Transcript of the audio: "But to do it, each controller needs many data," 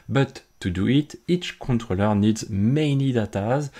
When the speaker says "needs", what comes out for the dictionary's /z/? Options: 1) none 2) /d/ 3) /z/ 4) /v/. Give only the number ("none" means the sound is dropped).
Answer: 3